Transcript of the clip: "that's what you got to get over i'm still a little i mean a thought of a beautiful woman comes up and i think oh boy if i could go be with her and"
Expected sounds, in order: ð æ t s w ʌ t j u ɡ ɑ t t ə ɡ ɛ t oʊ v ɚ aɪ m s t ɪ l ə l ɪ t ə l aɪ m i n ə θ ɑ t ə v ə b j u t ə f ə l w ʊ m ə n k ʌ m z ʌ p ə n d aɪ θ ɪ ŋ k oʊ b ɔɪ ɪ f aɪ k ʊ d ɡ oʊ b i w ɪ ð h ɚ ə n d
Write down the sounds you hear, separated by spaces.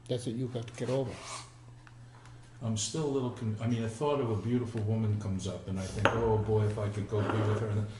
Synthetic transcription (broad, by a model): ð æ t s w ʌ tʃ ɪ ɡ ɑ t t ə ɡ ɛ t oʊ v ɚ aɪ m s t ɪ l ə l ɪ t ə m aɪ m i n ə θ ɑ t ə v ə b j u t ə f l w ʊ m ə n k ʌ m z ʌ p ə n aɪ θ ɪ ŋ k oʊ b ɔɪ ɪ f aɪ k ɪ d ɡ oʊ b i w ɪ ð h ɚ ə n